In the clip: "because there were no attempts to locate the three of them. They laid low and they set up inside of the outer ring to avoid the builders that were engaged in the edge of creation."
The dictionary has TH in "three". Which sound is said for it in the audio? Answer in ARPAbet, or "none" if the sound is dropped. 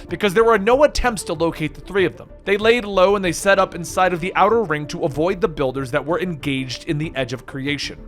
TH